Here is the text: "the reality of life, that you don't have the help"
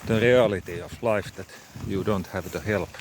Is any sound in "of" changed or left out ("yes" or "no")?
yes